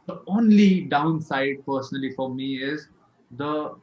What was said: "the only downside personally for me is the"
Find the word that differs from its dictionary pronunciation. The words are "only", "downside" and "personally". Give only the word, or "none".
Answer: none